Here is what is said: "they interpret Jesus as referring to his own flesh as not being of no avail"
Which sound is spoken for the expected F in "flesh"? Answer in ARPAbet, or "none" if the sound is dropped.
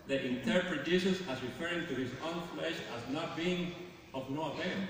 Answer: F